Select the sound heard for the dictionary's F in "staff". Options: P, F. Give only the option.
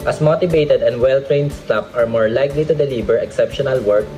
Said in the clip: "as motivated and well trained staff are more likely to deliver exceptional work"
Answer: P